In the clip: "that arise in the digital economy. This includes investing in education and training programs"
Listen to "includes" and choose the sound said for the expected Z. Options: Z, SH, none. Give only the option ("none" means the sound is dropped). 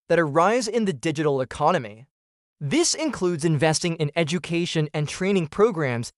Z